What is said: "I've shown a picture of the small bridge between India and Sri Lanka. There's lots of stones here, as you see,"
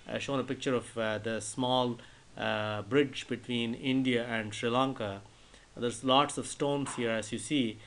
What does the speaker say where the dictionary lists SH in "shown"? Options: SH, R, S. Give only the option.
SH